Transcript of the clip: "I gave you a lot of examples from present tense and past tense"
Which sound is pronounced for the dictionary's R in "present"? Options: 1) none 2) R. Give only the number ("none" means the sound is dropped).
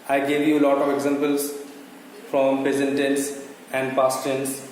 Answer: 1